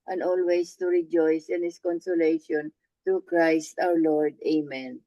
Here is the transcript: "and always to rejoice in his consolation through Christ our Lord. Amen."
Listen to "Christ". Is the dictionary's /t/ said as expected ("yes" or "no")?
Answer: yes